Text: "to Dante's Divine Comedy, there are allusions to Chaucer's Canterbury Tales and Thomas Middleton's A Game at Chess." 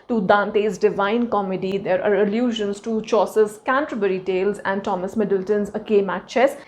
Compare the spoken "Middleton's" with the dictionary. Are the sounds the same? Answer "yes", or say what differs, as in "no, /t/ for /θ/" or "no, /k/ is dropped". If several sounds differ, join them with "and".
yes